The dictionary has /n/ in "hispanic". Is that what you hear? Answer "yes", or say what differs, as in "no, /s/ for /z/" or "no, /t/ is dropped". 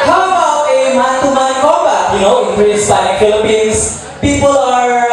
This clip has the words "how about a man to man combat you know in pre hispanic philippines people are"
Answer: no, /n/ is dropped